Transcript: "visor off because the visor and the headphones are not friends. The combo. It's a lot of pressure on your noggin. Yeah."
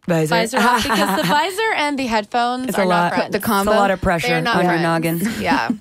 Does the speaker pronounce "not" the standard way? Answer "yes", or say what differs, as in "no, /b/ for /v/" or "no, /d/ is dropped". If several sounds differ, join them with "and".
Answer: no, /l/ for /n/